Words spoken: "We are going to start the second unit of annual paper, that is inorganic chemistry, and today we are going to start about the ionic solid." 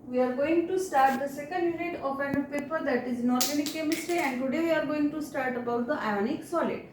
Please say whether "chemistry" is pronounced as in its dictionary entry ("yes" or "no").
yes